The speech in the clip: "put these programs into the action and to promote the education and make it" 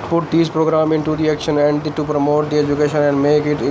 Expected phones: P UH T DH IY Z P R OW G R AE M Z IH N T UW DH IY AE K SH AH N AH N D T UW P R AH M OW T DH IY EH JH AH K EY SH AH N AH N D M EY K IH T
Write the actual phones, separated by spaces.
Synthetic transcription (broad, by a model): P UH T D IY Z P R OW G R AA M IH N T UW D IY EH K SH AH N AH N D T UW P R AH M OW T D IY EH JH AH K EY SH AH N AH N D M EY K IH T